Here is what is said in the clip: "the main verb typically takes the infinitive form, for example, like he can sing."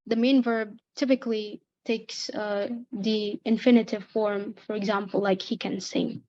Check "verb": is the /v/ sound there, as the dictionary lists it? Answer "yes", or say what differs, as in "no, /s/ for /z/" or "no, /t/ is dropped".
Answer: yes